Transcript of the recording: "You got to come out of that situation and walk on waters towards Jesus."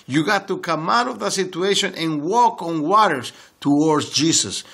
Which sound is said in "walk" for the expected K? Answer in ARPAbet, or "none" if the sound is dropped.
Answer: K